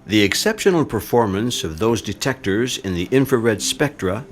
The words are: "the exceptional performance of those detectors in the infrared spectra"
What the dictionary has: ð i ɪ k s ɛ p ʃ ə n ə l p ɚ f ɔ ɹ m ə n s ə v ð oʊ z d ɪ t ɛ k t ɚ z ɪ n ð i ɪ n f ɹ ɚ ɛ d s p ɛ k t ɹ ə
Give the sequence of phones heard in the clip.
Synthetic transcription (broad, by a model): ð i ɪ k s ɛ p ʃ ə n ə l p ɚ f ɔ ɹ m ə n s ə v ð oʊ z d ɪ t ɛ k t ɚ z ɪ n ð i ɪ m f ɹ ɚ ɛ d s p ɛ k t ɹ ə